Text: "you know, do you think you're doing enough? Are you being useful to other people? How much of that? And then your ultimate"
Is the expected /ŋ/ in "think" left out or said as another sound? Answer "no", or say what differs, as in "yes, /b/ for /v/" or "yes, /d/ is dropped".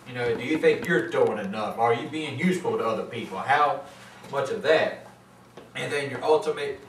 no